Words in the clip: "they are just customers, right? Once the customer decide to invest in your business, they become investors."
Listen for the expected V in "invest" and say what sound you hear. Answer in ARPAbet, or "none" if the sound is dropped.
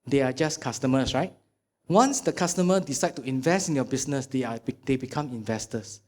V